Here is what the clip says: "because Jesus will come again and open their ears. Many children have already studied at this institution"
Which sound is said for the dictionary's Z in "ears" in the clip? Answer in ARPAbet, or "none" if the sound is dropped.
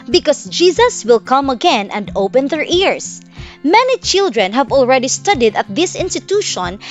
S